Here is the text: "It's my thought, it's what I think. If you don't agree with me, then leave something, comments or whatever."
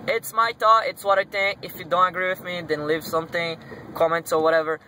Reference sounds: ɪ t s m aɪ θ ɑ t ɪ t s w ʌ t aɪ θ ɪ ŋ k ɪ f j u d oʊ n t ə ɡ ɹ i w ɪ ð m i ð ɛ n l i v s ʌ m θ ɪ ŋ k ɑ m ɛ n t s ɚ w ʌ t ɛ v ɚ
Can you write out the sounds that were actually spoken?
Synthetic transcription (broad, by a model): ɪ t s m aɪ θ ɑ ɪ t s w ʌ t aɪ θ ɪ ŋ k ɪ f j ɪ d oʊ n t ə ɡ ɹ i w ɪ ð m i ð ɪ n l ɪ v s ʌ m θ ɪ ŋ k ɑ m ɛ n t s ɚ w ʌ t ɛ v ɚ